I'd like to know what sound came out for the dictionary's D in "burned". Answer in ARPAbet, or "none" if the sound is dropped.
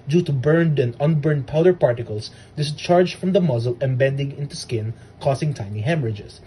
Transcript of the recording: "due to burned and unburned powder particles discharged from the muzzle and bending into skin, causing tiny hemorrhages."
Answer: D